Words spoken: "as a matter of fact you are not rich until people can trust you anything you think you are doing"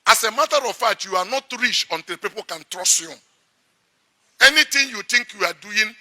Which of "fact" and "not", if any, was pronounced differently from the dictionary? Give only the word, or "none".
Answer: fact